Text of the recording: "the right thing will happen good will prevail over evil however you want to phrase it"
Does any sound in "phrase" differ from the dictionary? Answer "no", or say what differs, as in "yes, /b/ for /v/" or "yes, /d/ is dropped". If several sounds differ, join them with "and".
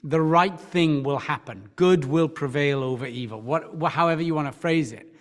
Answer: no